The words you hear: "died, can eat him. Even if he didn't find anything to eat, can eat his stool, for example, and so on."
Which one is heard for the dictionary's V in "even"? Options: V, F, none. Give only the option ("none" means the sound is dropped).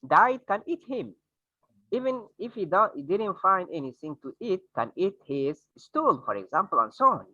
V